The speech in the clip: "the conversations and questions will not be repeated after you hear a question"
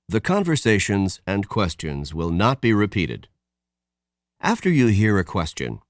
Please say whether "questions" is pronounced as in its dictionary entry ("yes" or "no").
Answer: yes